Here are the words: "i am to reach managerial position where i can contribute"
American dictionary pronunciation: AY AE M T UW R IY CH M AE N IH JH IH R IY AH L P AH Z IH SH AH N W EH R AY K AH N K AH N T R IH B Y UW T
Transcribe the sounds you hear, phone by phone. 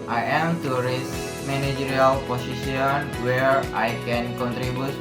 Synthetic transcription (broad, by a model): AY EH M T UW R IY S M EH N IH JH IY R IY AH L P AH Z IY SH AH N W EH R AY K AH N K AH N T R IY B Y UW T